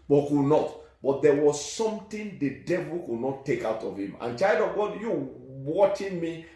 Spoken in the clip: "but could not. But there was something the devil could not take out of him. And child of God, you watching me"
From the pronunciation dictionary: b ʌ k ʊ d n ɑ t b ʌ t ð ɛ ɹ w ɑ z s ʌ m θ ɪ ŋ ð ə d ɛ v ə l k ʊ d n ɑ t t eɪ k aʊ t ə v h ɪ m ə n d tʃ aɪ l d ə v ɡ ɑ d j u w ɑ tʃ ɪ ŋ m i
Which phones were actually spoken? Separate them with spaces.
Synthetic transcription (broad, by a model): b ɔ k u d n ɑ t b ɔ t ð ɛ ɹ w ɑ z s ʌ m t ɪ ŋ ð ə d ɛ v ə l k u d n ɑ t t eɪ k aʊ t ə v h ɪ m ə n tʃ aɪ l d ə v ɡ ɑ d j u w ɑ tʃ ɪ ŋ m i